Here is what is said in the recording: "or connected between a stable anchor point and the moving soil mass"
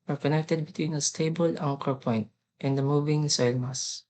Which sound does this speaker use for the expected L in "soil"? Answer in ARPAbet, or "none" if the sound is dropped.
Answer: L